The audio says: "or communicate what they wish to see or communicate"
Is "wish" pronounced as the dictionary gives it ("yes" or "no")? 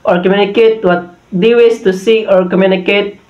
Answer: no